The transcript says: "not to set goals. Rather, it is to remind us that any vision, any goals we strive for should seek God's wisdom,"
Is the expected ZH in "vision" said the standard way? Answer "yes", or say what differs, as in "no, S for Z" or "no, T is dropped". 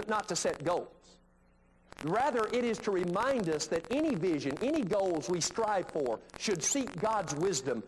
yes